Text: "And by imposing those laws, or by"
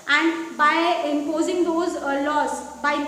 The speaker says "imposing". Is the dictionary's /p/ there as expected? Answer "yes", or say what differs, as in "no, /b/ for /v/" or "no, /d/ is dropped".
yes